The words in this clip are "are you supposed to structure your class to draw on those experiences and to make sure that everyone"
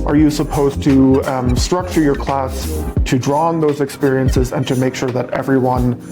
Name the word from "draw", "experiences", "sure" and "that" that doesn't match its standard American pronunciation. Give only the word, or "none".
none